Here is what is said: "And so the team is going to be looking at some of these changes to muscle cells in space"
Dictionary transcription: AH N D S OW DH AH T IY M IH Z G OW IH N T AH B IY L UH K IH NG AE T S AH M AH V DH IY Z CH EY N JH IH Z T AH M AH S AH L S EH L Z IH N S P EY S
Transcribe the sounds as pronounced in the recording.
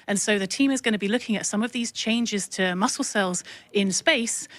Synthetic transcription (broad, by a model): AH N S OW DH AH T IY M IH Z G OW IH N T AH B IY L UH K IH NG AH T S AH M AH V DH IY Z CH EY N JH IH Z T AH M AH S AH L S EH L Z IH N S P EY S